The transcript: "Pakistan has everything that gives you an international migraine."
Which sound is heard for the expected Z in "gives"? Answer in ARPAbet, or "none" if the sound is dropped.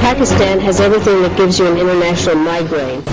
Z